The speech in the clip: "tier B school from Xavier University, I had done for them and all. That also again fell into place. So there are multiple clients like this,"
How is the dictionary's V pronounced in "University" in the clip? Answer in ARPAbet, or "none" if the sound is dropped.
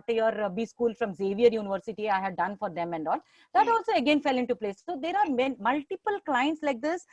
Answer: V